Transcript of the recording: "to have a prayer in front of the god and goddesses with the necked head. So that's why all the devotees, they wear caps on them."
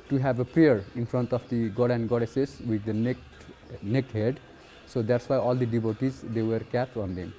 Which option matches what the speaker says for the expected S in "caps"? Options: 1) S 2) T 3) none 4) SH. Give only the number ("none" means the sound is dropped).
3